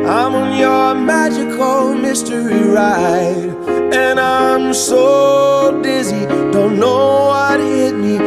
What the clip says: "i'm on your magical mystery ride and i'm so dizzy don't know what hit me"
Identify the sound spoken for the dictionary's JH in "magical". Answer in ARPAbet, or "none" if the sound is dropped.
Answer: JH